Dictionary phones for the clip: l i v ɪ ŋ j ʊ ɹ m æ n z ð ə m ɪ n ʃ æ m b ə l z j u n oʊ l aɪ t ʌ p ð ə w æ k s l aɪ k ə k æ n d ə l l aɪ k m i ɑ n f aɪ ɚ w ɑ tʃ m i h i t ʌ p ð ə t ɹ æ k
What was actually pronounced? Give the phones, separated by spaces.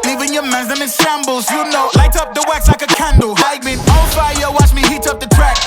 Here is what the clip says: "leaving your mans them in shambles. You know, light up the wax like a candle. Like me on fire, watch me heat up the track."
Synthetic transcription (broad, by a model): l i v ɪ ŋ j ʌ ɹ m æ z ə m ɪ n s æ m b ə l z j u n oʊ l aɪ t ʌ p ð ə w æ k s l aɪ k ə k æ n d l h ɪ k m i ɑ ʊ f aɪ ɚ w ɑ tʃ m i h i t ʌ p ð ə t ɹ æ k